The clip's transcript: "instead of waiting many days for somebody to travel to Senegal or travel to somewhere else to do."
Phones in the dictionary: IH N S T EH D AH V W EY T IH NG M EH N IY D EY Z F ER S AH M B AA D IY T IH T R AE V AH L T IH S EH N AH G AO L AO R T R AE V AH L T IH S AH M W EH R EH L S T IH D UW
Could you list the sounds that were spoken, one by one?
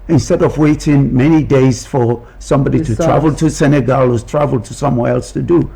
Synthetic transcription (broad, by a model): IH N S T EH D AH V W EY T IH NG M EH N IY D EY Z F ER S AH M B AA D IY T IH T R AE V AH L T IH S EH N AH G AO L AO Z T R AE V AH L T IH S AH M W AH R EH L S T IH D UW